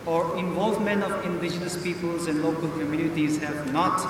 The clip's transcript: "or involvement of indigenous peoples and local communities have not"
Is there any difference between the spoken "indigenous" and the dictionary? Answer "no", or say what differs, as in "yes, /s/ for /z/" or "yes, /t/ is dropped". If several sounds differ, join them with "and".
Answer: no